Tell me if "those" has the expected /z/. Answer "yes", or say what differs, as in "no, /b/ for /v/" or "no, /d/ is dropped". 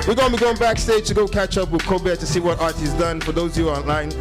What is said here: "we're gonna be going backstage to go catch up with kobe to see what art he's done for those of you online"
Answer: no, /z/ is dropped